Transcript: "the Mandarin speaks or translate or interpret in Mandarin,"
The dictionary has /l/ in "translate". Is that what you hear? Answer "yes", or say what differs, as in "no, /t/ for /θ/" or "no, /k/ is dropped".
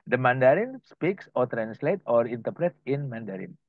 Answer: yes